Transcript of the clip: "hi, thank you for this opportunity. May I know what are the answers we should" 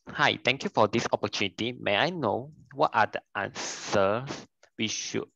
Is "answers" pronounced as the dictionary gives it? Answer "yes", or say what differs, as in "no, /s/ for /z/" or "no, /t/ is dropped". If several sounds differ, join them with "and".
no, /s/ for /z/